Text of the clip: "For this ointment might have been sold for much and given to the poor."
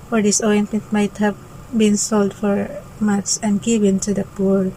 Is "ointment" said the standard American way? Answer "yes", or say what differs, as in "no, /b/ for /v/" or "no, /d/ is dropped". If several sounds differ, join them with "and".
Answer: no, /m/ is dropped